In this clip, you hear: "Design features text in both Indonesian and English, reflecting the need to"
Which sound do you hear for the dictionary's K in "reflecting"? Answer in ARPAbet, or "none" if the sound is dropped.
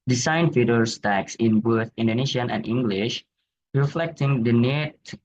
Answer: K